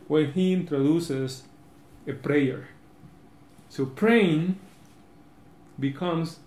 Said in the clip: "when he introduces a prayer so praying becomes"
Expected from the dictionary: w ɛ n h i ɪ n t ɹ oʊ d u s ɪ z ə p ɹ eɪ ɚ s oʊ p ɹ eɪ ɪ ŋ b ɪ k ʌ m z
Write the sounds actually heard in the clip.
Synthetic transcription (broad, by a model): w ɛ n h i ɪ n t ɹ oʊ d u s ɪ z ə p ɹ eɪ ɚ s oʊ p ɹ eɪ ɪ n b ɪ k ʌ m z